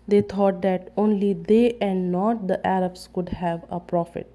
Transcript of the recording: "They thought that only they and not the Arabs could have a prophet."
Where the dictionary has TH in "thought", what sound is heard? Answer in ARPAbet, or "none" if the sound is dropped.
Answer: T